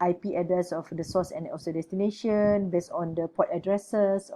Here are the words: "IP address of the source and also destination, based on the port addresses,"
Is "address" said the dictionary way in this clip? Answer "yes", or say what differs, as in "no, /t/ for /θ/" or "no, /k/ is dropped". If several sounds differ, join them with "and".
no, /ɹ/ is dropped